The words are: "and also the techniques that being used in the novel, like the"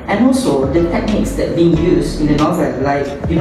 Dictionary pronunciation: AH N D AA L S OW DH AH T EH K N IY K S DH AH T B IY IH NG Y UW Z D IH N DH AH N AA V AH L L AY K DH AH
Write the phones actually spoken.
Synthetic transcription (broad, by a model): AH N AA L S OW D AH T EH K N IY K S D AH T B IY IH NG Y UW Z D IH N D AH N AA V AH L L AY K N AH